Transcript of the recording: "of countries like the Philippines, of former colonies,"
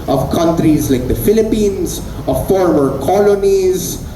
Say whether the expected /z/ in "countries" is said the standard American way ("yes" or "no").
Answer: yes